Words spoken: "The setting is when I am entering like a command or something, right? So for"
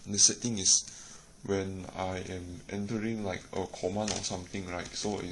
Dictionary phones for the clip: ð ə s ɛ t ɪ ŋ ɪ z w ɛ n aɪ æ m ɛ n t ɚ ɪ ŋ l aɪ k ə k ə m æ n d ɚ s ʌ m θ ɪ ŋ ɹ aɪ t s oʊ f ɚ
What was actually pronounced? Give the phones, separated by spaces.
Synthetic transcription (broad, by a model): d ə s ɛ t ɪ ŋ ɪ s w ɛ n aɪ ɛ m ɛ n t ɚ ɪ ŋ l aɪ k ə k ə m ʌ n ɔ s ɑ m t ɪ ŋ ɹ aɪ t s oʊ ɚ